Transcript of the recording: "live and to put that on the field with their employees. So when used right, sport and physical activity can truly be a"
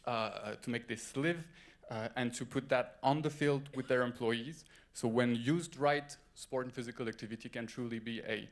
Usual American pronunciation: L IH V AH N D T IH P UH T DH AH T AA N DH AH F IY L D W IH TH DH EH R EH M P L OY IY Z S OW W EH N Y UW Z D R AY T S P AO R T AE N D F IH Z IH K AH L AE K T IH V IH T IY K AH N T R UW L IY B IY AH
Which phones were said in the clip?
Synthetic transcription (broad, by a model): L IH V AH N T IH P UH T DH AH T N DH AH F IY L D W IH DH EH R EH M P L OY IY Z S OW W EH N Y UW Z D R AY T S P AO R T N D F IH Z IH K AH L AE K T IH V IH T IY K AH N T R UW L IY B IY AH